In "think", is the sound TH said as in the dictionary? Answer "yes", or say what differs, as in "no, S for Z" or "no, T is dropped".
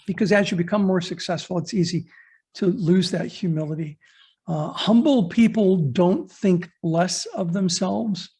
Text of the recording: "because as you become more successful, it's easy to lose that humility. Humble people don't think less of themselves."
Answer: yes